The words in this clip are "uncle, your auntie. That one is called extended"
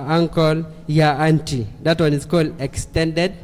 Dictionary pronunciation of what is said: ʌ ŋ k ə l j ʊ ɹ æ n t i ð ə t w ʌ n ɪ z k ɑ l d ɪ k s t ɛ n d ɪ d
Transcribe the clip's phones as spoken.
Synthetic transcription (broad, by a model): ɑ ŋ k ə l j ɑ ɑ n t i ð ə t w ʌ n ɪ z k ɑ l ɪ k s t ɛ n d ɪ d